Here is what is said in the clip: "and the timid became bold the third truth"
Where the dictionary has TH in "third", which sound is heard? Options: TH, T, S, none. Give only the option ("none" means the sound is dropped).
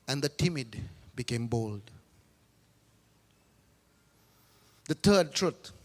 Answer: T